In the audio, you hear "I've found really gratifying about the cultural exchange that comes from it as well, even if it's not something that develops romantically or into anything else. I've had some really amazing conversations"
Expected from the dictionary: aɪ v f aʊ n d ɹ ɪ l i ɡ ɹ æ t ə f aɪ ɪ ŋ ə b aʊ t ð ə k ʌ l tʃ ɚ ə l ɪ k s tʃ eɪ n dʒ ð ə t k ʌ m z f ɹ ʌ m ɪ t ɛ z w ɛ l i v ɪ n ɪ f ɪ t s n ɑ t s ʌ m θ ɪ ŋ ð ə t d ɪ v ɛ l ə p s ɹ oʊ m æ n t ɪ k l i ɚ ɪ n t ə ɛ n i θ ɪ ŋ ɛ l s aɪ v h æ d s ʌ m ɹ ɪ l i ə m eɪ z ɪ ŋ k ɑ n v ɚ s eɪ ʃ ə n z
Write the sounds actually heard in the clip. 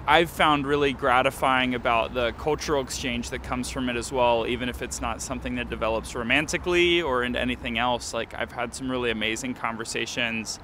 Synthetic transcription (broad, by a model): aɪ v f aʊ n d ɹ ɪ l i ɡ ɹ æ t ə f aɪ ɪ ŋ ə b aʊ t ð ə k ʌ l tʃ ɚ l ɪ k s tʃ eɪ n dʒ ð ə t k ʌ m z f ɹ ʌ m ɪ t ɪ z w ɛ l i v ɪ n ɪ f ɪ t s n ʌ t s ʌ m θ ɪ ŋ ð ə t d ɪ v ɛ l ə p s ɹ oʊ m æ n t ɪ k l i ɚ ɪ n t ɛ n i θ ɪ ŋ ɛ l s aɪ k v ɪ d s ʌ m ɹ ɪ l i ə m eɪ z ɪ ŋ k ɑ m v ɚ s eɪ ʃ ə n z